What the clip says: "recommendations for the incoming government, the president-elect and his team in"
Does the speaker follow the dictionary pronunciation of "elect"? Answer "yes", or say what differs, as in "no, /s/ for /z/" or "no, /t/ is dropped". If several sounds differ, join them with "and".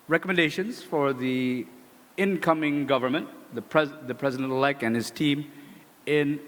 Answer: no, /t/ is dropped